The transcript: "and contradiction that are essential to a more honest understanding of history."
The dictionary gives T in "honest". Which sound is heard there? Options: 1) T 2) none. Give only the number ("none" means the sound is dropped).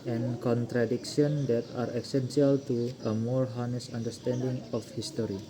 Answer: 2